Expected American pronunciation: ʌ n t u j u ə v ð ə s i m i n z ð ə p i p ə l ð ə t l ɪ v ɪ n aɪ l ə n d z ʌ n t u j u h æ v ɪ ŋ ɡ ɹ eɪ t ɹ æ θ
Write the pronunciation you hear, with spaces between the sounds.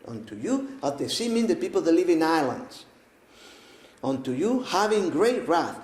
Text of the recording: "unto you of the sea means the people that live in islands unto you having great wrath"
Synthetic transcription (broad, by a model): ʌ n t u j u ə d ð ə s i m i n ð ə p i p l ð ə t l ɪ v ɪ n aɪ l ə n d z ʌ n t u j u h æ v ɪ ŋ ɡ ɹ eɪ t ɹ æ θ